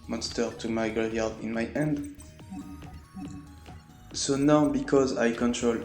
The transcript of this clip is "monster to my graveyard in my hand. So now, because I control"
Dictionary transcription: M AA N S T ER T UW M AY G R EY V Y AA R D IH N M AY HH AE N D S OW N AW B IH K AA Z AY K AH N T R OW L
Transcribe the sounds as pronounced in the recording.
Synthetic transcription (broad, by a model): M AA N S T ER T UW M AY G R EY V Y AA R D IH N M AY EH N D S OW N AW B IH K AA Z AY K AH N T R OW L